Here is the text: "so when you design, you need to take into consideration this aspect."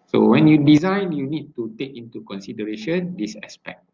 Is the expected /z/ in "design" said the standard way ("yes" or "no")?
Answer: yes